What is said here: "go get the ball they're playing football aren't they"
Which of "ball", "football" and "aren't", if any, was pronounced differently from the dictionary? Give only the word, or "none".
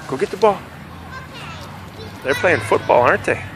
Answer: aren't